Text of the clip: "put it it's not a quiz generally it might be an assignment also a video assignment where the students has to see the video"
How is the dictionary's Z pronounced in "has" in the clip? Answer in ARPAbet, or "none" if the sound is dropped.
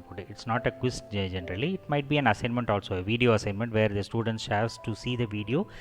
S